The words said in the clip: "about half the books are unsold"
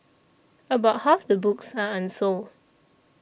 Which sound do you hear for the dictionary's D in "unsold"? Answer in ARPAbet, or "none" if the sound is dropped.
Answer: none